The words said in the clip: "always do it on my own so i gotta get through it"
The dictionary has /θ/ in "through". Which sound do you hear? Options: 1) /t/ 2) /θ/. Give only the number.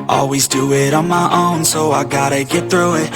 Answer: 2